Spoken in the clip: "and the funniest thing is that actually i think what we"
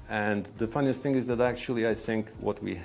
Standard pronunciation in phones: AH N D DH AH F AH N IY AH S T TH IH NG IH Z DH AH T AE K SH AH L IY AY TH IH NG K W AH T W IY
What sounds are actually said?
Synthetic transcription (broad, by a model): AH N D DH AH F AH N IY AH S T TH IH NG IH Z DH AH T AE K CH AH L IY AY TH IH NG K W AH T W IY